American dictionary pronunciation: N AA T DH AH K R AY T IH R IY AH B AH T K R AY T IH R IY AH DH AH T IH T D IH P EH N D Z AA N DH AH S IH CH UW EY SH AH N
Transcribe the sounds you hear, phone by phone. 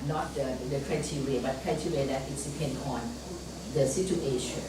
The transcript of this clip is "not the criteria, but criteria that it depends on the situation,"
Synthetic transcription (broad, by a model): N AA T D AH K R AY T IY R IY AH B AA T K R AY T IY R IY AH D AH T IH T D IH P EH N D AA N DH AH S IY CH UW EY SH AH N